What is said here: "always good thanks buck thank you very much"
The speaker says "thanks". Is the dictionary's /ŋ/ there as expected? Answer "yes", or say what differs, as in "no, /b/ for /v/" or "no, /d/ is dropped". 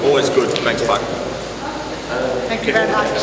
no, /ŋ/ is dropped